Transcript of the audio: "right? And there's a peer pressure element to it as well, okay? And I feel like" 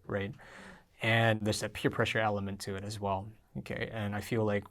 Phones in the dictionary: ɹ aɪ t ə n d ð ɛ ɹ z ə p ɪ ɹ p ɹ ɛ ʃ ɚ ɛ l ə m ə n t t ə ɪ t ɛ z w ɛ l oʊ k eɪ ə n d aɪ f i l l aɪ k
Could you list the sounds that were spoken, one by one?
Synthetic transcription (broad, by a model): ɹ aɪ t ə n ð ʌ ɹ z ə p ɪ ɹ p ɹ ɛ ʃ ɚ ɛ l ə m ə n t t ɪ t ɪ z w ɛ l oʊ k eɪ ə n aɪ f i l l aɪ k